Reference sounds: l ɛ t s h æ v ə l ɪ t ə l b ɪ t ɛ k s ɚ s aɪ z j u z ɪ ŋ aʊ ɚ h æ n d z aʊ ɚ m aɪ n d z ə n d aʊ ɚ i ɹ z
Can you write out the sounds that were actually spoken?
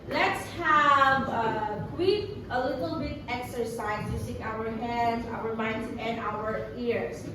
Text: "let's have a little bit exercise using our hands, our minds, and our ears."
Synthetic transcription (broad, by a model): l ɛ t s h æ v ə l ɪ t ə l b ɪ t ɛ k s ɚ s aɪ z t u s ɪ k aʊ ɚ h æ n d z aʊ ɚ m aɪ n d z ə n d aʊ ɚ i ɹ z